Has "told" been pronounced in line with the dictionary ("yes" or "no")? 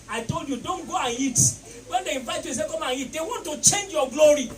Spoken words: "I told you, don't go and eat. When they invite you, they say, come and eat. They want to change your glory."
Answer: yes